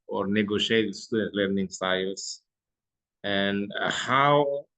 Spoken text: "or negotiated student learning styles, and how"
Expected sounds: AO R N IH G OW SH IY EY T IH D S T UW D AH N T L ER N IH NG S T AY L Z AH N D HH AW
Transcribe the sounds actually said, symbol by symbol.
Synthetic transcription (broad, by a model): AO R N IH G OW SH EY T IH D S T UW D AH T L ER N IH NG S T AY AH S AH N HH AW